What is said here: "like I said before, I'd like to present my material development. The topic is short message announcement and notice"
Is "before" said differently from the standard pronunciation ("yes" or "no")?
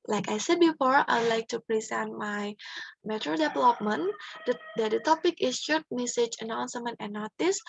no